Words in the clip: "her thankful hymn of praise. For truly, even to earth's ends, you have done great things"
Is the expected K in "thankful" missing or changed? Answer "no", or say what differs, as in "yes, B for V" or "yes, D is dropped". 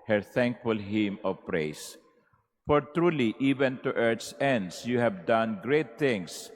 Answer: no